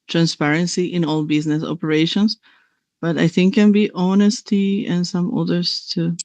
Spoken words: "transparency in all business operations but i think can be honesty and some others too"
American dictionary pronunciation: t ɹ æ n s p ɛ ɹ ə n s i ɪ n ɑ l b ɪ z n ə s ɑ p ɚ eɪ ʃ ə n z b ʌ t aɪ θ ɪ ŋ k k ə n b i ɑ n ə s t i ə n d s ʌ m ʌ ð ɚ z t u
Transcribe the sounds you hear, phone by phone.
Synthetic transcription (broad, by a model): t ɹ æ n s p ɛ ɹ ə n s i ɪ n ɑ l b ɪ z n ə s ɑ p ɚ eɪ ʃ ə n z b ʌ t aɪ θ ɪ ŋ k k ə n b i ɑ n ə s t i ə n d s ʌ m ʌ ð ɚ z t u